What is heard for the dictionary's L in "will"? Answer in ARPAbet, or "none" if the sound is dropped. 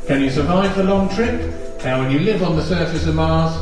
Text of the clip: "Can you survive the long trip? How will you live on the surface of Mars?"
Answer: N